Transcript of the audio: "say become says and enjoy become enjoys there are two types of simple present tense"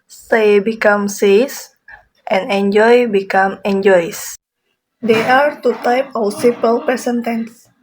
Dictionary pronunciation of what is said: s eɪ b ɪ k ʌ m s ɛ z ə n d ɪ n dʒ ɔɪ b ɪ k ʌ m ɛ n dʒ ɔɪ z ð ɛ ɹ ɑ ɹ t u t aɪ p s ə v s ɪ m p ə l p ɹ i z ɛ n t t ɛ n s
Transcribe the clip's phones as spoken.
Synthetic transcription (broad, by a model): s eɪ b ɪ k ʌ m s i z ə n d ɪ n dʒ ɔɪ b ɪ k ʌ m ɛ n dʒ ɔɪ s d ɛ ɑ ɹ t u t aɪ p ə w s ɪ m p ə l p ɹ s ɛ n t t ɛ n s